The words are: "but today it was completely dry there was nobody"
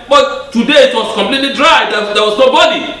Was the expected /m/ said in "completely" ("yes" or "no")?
yes